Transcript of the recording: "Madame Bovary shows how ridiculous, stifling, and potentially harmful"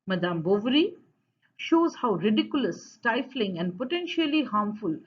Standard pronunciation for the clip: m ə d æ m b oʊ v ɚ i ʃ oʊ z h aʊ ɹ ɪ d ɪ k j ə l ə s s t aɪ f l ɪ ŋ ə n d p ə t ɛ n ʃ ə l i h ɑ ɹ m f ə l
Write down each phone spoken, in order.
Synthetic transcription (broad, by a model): m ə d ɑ m b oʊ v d i ʃ oʊ z h aʊ ɹ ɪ d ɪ k j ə l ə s s t aɪ f l ɪ ŋ ə n d p ə t ɛ n ʃ ə l i h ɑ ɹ m f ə l